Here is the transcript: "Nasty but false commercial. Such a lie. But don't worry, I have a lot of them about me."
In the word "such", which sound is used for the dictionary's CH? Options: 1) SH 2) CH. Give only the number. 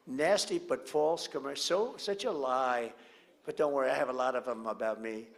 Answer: 2